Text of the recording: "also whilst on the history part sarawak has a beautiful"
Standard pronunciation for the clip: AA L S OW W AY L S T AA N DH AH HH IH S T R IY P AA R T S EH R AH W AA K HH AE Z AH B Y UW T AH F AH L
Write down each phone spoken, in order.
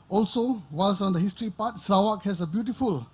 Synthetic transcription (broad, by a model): AA L S OW W AY L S AA N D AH HH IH S T R IY P AA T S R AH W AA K HH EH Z AH B Y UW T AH F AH L